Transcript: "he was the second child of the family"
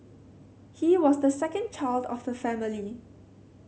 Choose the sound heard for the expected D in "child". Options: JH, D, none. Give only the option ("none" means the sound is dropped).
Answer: D